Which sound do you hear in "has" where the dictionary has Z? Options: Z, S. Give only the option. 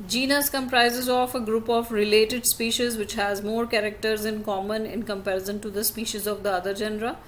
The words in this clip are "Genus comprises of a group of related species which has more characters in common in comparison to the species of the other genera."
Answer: Z